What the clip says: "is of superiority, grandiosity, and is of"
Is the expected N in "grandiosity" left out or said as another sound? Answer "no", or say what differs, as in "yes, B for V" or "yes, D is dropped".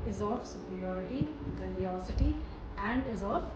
yes, N is dropped